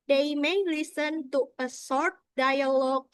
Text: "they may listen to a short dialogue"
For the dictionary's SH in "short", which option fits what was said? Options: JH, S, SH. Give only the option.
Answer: S